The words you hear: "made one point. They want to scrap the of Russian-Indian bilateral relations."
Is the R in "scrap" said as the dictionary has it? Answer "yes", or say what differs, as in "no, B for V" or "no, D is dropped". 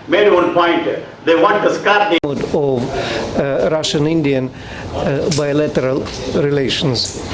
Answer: no, R is dropped